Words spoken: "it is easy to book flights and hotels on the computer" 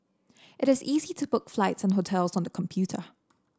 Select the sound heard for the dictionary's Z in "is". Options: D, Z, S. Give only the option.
Z